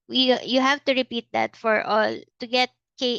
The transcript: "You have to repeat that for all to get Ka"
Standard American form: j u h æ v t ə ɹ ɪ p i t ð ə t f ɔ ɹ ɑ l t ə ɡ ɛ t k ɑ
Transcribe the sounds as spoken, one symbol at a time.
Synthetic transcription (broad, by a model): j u h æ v t ə ɹ ɪ p i t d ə t f ɔ ɹ ɑ l t ə ɡ ɛ t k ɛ